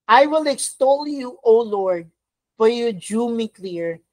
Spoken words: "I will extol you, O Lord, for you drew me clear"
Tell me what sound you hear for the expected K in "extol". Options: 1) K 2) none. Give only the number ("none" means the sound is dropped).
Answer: 1